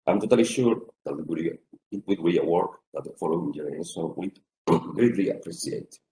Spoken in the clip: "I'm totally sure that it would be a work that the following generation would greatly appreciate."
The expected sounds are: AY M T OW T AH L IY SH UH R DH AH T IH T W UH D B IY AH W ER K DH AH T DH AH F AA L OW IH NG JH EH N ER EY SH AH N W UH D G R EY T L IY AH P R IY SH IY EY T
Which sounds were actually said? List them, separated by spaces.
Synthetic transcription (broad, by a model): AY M T OW T AH L IY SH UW R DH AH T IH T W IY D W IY AH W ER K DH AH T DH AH F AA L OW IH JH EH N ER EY S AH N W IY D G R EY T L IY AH P R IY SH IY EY T